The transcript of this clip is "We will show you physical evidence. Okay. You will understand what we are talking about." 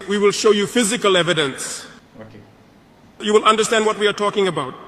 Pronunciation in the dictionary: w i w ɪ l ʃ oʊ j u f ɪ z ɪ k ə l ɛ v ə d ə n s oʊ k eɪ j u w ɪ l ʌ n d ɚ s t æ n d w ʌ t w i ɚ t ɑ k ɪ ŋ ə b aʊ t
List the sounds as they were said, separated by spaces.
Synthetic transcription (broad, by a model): w i w ɪ l ʃ oʊ j u f ɪ z ɪ k ə l ɛ v ə d ə n s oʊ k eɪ j u w ɪ l ʌ n d ɚ s t æ n d w ʌ t w i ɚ t ɑ k ɪ ŋ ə b aʊ t